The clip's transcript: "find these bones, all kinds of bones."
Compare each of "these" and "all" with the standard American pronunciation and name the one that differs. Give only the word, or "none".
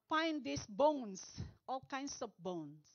these